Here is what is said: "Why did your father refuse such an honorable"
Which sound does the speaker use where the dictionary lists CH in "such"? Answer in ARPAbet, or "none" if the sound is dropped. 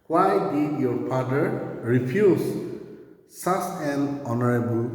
S